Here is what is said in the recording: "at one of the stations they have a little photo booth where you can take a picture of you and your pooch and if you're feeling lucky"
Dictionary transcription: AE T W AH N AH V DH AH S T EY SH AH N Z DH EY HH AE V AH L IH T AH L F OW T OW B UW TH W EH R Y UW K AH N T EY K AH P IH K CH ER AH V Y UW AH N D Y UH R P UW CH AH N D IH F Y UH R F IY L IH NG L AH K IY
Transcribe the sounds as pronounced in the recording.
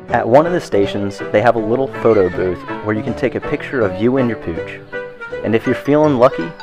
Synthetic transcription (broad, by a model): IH T W AH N AH V DH AH S T EY SH AH N Z DH EY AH V AH L IH T L F OW T OW B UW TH W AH R Y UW K N T EY K AH P IH K CH ER AH V Y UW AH N Y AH R P UW CH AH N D IH F Y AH R F IY L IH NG L AH K IY